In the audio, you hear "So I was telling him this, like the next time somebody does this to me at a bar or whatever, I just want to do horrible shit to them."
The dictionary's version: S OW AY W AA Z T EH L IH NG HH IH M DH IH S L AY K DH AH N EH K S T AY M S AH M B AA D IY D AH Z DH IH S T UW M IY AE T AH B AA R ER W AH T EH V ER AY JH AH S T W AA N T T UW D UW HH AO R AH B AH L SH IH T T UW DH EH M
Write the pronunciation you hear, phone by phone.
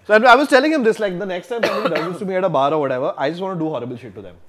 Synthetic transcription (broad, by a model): S OW AY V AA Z T EH L IH NG HH IH M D IH S L AY K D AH N EH K S T AY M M AA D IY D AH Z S T UW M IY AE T AH B AA R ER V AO T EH V ER AY JH AH S T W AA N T T UW D UW HH AO R AH B AH L SH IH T T UW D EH M